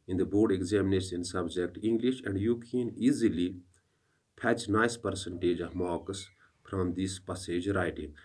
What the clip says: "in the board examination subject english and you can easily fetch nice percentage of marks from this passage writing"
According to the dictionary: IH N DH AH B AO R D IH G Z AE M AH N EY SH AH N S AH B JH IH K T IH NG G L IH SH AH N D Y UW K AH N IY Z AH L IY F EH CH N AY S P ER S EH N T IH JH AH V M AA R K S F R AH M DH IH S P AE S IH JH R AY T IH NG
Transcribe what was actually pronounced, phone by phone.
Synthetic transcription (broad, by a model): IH N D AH B AO R D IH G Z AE M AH N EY S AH N S AH B JH IH K T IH NG G L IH SH AH N D Y UW K AH N IY Z AH L IY P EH CH N AY S P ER S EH N T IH JH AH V M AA K S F R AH M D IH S P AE S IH JH R AY T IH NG